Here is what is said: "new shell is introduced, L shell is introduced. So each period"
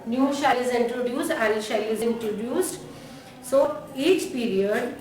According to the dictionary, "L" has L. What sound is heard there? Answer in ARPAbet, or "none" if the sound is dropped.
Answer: N